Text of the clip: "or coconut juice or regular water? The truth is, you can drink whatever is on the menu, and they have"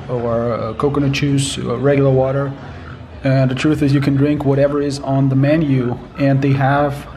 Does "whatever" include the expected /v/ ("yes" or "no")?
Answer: yes